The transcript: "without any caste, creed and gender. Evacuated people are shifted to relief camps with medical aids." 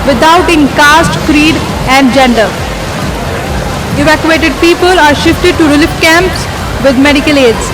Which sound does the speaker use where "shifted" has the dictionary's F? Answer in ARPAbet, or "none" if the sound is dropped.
F